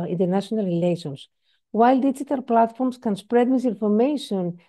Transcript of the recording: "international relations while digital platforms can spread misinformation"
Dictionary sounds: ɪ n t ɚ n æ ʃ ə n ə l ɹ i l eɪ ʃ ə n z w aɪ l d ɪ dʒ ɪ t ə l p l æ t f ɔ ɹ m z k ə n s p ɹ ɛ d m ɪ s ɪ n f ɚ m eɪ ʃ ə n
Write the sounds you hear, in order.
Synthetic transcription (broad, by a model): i n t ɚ n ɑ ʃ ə n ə l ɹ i l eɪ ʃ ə n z w aɪ l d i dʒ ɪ t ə l p l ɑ t f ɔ ɹ m s k ə n s p ɹ ɛ d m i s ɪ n f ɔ m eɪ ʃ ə n